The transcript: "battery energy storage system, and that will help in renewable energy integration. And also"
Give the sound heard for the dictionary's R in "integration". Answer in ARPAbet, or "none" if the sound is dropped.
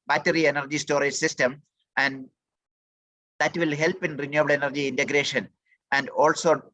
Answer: R